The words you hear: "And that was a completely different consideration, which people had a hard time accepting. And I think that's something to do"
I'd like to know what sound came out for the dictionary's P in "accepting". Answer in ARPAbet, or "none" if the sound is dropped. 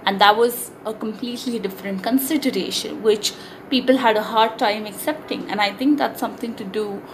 P